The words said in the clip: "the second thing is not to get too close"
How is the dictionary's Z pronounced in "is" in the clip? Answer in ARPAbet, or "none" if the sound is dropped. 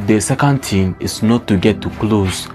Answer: S